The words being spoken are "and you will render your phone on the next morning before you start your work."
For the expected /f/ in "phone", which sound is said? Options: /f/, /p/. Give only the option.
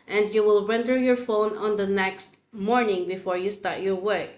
/f/